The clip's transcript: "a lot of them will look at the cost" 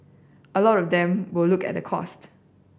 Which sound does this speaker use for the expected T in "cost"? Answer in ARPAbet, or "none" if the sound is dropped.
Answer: T